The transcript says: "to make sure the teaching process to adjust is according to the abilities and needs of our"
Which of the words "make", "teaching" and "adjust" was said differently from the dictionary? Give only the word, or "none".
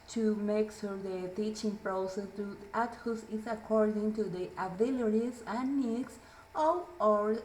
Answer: adjust